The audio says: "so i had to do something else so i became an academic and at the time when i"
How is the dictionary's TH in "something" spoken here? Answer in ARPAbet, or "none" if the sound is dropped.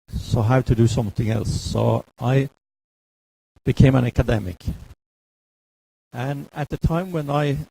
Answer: TH